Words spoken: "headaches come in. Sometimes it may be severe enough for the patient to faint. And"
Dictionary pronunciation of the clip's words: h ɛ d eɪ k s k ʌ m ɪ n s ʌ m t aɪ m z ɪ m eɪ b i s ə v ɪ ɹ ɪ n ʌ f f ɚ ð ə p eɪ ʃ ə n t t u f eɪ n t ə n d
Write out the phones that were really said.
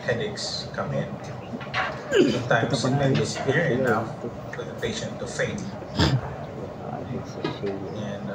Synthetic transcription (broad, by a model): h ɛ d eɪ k s k ʌ m ɪ n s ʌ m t aɪ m s ɪ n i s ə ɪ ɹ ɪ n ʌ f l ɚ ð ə p eɪ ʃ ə n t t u f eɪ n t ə n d